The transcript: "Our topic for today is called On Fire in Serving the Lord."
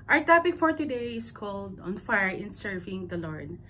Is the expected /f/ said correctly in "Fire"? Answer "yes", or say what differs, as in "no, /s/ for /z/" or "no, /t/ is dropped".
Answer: yes